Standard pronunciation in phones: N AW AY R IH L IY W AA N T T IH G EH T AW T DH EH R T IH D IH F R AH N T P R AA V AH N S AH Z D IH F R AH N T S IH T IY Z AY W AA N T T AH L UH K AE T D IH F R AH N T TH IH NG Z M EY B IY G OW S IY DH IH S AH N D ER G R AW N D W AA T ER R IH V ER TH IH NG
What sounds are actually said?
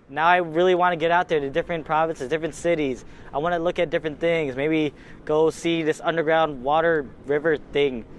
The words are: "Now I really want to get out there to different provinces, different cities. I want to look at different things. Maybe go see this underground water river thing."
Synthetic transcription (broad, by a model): N AW AY R IH L IY W AA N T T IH G EH T AW T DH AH R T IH D IH F R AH N P R AA V AH N S AH Z D IH F R AH N T S IH T IY Z AY W AA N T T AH L UH K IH T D IH F R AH N TH IH NG Z M EY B IY G OW S IY DH IH S AH N D ER G R AW N D W AA T ER R IH V ER TH IH NG